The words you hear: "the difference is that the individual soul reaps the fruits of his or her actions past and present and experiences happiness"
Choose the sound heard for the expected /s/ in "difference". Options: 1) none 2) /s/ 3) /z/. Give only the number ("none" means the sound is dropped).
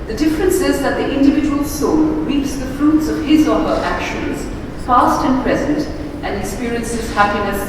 2